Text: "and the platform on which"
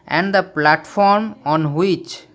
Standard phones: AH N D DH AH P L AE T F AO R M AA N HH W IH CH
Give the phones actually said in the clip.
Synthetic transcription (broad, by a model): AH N D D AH P L AE T F AO R M AA N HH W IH CH